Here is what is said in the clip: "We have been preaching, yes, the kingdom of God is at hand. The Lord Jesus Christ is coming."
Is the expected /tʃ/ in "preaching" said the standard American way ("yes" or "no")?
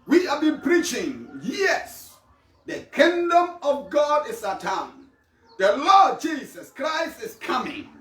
yes